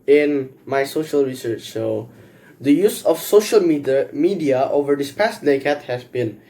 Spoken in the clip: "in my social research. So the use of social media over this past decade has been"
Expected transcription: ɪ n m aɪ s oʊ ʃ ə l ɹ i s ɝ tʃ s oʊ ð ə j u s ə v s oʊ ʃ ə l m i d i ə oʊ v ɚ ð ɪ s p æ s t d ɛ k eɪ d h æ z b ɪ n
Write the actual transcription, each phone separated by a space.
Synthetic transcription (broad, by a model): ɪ n m aɪ s oʊ ʃ ə l ɹ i s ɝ tʃ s oʊ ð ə j u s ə f s oʊ ʃ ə l m i d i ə oʊ v ɚ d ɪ s p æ s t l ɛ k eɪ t h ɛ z b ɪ n